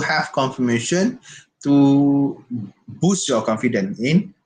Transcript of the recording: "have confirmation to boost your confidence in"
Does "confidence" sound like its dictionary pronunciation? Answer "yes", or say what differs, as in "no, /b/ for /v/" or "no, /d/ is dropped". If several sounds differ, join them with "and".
no, /s/ is dropped